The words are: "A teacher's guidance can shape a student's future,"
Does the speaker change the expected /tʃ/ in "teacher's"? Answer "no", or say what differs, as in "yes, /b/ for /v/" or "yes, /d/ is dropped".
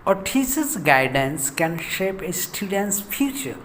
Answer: yes, /s/ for /tʃ/